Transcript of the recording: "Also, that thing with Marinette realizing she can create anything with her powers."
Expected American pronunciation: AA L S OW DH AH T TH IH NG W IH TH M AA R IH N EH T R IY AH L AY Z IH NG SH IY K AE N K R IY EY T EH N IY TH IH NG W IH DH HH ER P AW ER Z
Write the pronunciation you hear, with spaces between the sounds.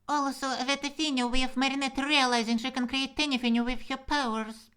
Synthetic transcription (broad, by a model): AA L S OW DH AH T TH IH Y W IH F M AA R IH N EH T R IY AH L AY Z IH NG SH IY K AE N K R IY EY T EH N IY F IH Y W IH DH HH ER P AW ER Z